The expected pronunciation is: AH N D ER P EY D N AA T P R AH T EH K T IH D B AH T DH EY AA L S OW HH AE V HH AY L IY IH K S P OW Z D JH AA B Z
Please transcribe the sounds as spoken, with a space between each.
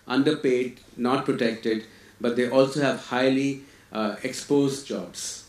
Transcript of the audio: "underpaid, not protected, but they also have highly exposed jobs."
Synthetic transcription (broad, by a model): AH N D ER P EY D N AA T P R AH T EH K T IH D B AH T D EY AA L S OW HH AE V HH AY L IY IH K S P OW Z D JH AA B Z